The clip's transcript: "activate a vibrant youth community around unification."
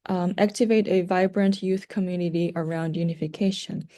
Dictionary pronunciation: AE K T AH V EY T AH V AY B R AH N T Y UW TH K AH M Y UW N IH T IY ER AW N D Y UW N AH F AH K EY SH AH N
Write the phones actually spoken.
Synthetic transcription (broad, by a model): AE K T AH V EY T AH V AY B R AH N T Y UW TH K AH M Y UW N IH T IY ER AW N D Y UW N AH F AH K EY SH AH N